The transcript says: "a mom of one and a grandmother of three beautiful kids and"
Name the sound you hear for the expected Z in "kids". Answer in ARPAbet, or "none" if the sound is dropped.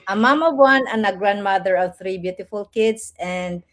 S